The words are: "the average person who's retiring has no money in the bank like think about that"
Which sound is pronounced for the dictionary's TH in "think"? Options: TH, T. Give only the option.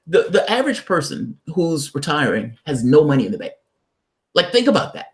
TH